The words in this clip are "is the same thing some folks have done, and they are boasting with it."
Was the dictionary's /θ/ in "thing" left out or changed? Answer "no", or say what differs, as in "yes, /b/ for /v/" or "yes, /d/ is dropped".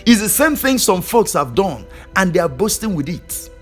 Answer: no